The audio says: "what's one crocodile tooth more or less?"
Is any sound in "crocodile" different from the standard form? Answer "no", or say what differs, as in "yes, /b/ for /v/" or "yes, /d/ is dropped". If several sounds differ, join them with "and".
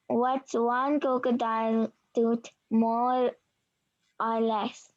yes, /ɹ/ is dropped